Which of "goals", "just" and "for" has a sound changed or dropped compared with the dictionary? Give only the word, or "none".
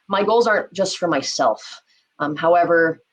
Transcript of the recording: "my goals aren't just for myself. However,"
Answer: none